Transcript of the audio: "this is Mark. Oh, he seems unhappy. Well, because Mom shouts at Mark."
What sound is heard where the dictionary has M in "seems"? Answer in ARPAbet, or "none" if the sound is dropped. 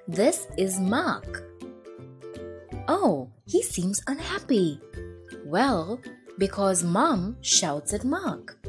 M